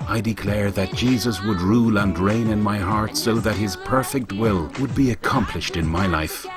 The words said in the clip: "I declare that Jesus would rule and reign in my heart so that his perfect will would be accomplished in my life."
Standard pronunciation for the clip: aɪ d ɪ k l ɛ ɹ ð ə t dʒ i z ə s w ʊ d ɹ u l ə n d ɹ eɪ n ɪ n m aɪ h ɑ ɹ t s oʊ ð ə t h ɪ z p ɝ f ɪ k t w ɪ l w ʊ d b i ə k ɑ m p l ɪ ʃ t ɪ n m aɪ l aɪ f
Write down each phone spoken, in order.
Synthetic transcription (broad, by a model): aɪ d ɪ k l ɛ ɹ ð ə t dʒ i z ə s w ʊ d ɹ u l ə n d ɹ eɪ n ɪ n m aɪ h ɑ ɹ t s oʊ ð ə t h ɪ z p ɝ f ɪ k t w ɪ l w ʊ d b i ə k ɑ m p l ɪ ʃ t ɪ n m aɪ l aɪ f